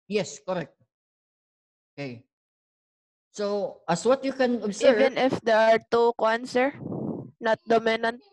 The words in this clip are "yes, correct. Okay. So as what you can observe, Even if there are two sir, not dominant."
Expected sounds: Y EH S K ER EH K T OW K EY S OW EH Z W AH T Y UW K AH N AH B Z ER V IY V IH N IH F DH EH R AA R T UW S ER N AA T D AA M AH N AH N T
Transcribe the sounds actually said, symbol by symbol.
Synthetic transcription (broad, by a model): Y EH S K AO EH K T OW K EY S OW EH S W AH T Y UW K AH N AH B S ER IY V IH N IH F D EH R AA R T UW S ER N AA T D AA M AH N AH N T